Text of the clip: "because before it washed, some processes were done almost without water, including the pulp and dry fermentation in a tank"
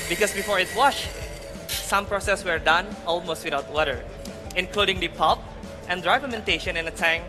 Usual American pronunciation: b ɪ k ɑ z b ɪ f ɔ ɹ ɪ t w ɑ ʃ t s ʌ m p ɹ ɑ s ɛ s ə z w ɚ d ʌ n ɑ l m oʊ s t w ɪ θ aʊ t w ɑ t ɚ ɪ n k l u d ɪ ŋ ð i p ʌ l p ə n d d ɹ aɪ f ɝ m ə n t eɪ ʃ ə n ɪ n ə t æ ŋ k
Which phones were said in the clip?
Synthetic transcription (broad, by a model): b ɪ k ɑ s b ɪ f ɔ ɹ ɪ t w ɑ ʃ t s ʌ m p ɹ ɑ s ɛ s w ɚ d ʌ n ɑ l m oʊ s t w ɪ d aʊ t w ɑ t ɚ ɪ n k l u d ɪ ŋ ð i p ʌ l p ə n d d ɹ aɪ p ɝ m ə n t eɪ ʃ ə n ɪ n ə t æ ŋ